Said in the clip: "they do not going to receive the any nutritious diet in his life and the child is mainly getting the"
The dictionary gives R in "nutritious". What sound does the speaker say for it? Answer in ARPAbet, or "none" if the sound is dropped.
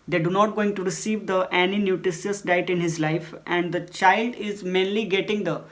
none